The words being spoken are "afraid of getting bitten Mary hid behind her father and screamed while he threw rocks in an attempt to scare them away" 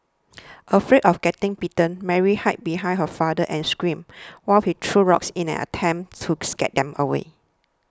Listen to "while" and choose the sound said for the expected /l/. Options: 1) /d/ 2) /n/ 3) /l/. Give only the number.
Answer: 3